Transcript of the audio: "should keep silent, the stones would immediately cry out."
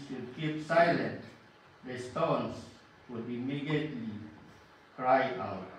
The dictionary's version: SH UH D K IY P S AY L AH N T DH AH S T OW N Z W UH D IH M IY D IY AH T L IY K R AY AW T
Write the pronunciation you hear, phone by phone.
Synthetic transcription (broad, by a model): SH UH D K IY P S AY L AH N T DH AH S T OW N S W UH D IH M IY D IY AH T L IY K R AY AW T